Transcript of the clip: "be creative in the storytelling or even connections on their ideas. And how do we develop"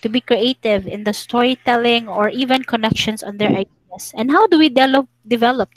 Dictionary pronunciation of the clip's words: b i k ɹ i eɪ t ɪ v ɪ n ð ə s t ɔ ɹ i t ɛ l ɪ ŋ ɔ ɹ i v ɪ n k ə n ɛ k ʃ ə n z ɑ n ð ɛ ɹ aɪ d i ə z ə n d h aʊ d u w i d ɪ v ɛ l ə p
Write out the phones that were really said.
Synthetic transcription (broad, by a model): b i k ɹ i eɪ t ɪ v ɪ n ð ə s t ɔ ɹ i t ɛ l ɪ ŋ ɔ ɹ i v ɪ n k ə n ɛ k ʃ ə n s ɑ n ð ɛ ɹ aɪ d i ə s ə n d h aʊ d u w i d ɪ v ɛ l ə p